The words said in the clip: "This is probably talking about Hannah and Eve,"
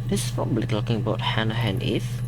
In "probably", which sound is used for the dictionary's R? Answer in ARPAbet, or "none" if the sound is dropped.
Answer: none